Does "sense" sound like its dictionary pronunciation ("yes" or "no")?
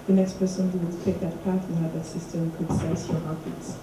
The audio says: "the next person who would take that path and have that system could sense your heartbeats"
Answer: no